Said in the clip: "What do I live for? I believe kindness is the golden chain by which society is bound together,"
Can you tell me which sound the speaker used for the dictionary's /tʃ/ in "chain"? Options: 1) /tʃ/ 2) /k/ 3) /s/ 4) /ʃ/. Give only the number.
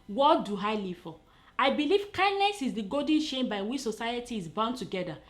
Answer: 4